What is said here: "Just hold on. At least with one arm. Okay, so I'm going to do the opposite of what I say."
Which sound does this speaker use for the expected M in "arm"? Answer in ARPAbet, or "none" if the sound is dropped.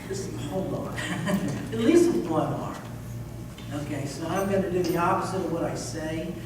none